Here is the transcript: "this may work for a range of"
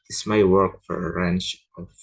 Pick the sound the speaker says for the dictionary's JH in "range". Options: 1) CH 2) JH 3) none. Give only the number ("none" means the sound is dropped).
1